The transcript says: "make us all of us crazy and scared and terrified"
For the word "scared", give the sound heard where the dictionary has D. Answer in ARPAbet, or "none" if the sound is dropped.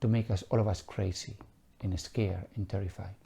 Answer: none